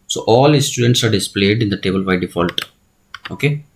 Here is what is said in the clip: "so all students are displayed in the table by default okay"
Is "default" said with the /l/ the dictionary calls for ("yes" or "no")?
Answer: yes